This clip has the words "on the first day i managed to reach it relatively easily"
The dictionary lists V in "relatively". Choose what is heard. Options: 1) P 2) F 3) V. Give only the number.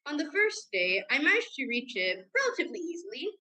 3